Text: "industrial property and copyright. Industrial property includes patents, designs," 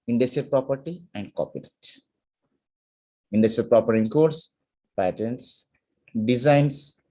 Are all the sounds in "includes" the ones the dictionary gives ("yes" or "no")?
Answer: no